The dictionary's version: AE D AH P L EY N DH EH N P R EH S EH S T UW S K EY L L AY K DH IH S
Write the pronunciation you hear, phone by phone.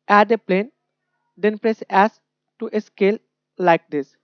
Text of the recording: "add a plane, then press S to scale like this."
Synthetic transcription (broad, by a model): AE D AH P L EY N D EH N P R EH S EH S T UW S K EY L L AY K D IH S